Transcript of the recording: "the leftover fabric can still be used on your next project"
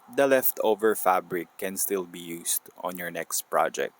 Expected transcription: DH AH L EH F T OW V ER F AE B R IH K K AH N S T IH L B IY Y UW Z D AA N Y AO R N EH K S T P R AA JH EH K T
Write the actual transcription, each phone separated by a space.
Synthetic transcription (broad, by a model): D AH L EH F T OW V ER F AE B R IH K K AH N S T IH L B IY Y UW S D AA N Y AO R N EH K S T P R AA JH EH K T